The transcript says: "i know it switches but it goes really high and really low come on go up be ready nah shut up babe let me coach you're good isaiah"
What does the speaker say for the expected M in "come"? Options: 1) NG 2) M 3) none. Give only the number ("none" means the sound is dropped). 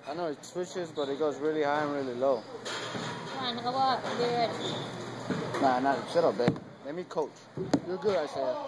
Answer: 3